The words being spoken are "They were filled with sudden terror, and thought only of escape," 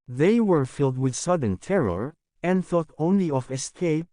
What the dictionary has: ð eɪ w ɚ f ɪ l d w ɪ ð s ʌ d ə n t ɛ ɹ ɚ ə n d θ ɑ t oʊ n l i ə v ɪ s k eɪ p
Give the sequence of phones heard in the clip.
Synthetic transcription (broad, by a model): ð eɪ w ɚ f ɪ l d w ɪ ð s ʌ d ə n t ɛ ɹ ɚ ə n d θ ɑ t oʊ n l i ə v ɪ s k eɪ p